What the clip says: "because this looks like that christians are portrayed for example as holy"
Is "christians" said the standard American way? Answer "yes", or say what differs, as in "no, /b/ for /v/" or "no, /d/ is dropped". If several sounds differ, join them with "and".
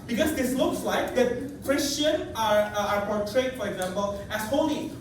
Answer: no, /z/ is dropped